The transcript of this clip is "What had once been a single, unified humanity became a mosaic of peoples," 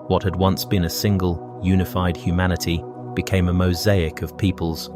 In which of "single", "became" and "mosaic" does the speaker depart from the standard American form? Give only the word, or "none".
none